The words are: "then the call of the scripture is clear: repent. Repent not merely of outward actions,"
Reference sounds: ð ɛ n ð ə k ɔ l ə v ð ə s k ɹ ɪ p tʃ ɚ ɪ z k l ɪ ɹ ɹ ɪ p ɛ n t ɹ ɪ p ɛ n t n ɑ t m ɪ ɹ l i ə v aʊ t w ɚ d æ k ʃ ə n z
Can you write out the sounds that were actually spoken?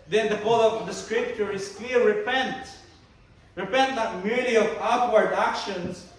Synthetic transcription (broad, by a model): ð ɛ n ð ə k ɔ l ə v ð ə s k ɹ ɪ p tʃ ɚ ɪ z k l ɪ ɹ ɹ ɪ p ɛ n t ɹ ɪ p ɛ n t l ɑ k m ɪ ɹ i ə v aʊ t w ɚ d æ k ʃ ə n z